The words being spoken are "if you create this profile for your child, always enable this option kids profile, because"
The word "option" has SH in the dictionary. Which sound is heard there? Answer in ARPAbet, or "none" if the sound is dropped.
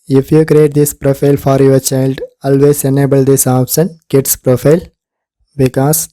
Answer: S